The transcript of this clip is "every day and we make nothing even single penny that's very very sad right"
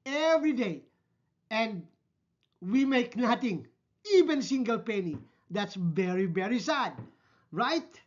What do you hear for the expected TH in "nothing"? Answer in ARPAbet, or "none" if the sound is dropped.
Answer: T